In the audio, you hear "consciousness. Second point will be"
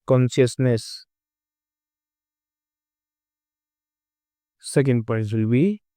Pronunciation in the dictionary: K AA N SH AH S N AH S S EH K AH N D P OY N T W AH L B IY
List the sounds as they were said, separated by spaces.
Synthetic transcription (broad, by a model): K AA N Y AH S N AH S S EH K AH N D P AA T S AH L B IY